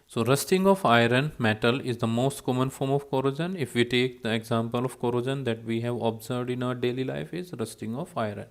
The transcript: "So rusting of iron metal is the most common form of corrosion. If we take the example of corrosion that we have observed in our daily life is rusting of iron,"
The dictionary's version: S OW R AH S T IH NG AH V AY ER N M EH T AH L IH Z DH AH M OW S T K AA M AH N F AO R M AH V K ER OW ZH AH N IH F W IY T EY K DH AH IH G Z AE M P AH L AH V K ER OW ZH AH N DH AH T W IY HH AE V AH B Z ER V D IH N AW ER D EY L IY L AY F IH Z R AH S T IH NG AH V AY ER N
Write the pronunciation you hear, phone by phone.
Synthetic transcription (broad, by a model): S OW R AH S T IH NG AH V AY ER N M EH T AH L IH Z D AH M OW S T K AA M AH N F AO R M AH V K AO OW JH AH N IH F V IY T EY K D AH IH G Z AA M P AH L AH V K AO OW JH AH N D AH T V IY HH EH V AH B Z ER V D IH N AW ER D EY L IY L AY F IH Z R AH S T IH NG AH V AY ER N